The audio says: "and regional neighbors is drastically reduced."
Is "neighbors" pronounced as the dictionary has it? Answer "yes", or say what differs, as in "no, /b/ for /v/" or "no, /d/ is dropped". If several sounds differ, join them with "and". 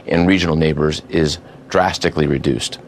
yes